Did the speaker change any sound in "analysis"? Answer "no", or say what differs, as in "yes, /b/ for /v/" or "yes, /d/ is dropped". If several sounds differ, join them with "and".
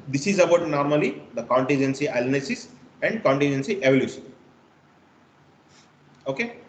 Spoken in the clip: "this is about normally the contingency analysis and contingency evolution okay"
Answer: yes, /l/ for /n/ and /n/ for /l/